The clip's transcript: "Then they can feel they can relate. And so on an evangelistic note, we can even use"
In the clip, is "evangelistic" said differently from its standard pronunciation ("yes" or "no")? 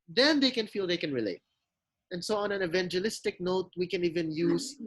no